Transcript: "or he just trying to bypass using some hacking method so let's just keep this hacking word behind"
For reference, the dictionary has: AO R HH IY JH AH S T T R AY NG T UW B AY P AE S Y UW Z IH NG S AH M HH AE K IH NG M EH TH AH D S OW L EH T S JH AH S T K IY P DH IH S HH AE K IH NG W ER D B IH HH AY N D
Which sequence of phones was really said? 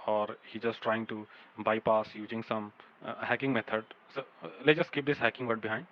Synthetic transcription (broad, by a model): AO R HH IY JH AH S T T R AY NG T UW B AY P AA S Y UW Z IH NG S AH M HH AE K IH NG M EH T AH D S OW L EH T JH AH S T K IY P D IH S HH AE K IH NG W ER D B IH HH AY N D